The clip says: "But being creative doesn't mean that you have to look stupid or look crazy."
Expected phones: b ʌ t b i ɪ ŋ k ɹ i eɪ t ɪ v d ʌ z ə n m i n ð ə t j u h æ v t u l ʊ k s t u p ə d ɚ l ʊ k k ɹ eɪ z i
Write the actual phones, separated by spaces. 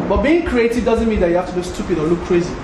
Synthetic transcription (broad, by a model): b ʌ t b i ɪ ŋ k ɹ i eɪ t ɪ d d ʌ z ə n m i n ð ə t j u h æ f t u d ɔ s t u p ə d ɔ l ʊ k k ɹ eɪ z i